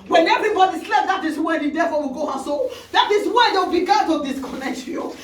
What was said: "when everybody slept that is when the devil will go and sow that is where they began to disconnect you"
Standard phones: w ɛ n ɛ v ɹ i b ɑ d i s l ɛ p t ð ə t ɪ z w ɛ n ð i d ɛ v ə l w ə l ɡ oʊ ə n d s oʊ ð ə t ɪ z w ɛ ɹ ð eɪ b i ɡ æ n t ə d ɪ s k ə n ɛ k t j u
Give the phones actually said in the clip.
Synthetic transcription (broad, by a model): w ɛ n ɛ v ɹ i b ɑ d i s l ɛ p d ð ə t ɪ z w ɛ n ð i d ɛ f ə w ə l ɡ oʊ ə s oʊ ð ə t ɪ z w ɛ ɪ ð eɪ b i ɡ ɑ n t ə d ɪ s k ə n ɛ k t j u